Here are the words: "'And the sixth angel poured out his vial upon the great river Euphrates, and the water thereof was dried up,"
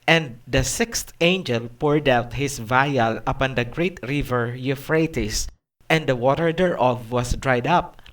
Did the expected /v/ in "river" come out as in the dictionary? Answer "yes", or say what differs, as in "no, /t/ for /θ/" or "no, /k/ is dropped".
yes